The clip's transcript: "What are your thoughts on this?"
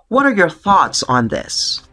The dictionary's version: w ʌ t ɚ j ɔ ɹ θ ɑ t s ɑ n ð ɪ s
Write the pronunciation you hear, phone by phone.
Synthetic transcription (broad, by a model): w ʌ t ɚ j ɔ ɹ θ ɑ t s n ð ɪ s